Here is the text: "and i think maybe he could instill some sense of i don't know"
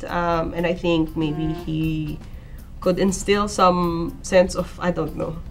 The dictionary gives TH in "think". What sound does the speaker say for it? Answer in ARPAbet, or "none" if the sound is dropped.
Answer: TH